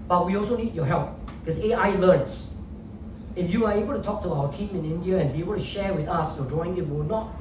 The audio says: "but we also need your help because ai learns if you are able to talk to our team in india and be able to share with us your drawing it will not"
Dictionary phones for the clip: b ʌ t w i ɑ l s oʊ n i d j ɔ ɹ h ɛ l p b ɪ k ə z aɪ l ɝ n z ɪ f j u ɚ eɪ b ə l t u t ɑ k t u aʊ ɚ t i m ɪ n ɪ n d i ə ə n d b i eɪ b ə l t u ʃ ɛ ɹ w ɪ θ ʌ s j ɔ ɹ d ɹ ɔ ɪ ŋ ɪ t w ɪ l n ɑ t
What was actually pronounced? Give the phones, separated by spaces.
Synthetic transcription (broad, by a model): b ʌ t w i ɑ l s oʊ n i d j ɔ h ɛ l p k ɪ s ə aɪ l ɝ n s ɪ f j u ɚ eɪ b ə l t u t ɑ k t u aʊ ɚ t i m ɪ n ɪ n d i ə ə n b i eɪ b ə l t u ʃ ɛ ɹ w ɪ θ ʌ s j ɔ d ɹ ɔ ɪ ŋ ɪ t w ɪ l n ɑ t